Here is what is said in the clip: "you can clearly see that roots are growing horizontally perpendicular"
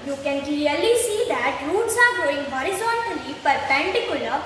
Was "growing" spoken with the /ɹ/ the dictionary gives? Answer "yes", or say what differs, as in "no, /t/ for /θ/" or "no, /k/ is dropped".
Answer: no, /ɹ/ is dropped